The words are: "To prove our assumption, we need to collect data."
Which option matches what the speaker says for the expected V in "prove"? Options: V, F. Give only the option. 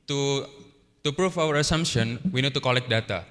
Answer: F